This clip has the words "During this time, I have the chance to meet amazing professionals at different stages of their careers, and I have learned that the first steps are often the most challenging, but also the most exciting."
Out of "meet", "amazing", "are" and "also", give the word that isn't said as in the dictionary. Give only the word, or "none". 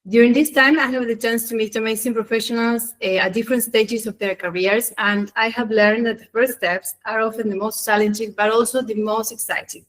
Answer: amazing